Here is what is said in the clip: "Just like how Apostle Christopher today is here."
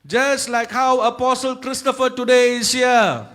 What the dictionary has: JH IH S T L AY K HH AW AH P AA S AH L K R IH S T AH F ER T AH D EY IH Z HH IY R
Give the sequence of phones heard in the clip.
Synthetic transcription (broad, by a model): JH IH S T L AY K HH AW AH P AA S AH L K R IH S T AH F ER T AH D EY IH S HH IY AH